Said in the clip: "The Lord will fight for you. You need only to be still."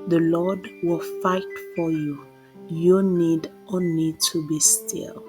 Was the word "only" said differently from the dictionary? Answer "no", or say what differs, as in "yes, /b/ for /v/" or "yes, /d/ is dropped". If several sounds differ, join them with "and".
yes, /l/ is dropped